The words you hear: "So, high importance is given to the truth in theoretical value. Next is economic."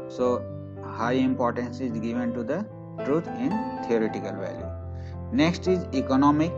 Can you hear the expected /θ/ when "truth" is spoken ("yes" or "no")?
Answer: no